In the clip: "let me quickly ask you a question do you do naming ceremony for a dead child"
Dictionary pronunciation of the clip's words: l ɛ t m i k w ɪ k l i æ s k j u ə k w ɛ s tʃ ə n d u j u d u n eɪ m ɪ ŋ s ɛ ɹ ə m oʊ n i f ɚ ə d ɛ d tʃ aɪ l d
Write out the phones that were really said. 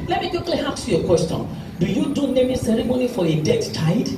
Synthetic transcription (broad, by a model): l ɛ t m i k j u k l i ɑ k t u ə k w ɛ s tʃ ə n d u j u d u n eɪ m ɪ s ɛ ɹ ə m oʊ n i f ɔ ə d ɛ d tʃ aɪ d